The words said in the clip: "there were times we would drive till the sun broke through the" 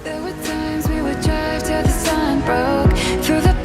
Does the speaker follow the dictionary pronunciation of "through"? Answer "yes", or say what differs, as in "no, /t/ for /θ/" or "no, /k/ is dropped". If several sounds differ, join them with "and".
yes